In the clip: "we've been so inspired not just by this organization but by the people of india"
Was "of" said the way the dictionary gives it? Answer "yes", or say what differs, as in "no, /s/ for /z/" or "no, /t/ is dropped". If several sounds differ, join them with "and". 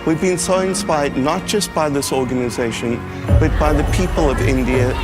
yes